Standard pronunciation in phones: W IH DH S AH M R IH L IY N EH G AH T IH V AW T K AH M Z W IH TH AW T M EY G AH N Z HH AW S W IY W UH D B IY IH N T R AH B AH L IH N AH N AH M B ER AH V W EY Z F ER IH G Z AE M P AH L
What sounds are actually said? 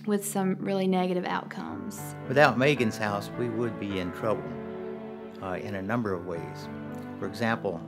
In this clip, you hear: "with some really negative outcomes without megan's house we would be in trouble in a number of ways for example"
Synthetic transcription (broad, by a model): W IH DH S AH M R IH L IY N EH G AH T IH V AW T K AH M Z W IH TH AW T M EY G AH N Z HH AW S W IY W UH D B IY IH N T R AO AH N IH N AH N AH M B ER AH V W EY Z F ER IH G Z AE M P L